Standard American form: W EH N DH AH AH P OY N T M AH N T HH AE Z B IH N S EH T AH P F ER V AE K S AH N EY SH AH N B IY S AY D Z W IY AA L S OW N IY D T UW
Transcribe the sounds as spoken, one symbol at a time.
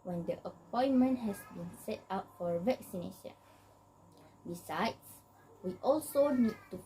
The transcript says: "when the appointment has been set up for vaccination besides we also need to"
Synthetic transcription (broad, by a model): W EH N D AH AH P OY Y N M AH N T HH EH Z B IH N S EH T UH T F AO V AE K S AH N EY SH AH N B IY S AY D S W IY AA L S OW N IY D T UW